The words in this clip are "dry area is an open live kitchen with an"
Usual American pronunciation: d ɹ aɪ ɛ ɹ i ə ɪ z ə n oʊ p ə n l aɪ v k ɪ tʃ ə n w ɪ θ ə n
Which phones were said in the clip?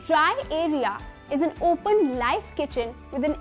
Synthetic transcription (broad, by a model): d ɹ aɪ ɛ ɹ i ə ɪ z ə n oʊ p ə n l aɪ f k ɪ tʃ ə n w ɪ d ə n